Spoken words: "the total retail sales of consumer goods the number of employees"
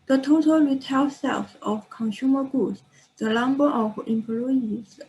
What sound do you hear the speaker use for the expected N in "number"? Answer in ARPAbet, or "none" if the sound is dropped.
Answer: L